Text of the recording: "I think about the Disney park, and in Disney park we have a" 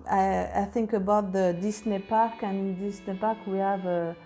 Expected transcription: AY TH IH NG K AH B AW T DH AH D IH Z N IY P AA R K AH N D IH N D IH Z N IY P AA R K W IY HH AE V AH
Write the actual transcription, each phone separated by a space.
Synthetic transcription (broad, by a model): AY TH IH NG K AH B AW T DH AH D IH S N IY P AA R K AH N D IH N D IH S N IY P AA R K W IY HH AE V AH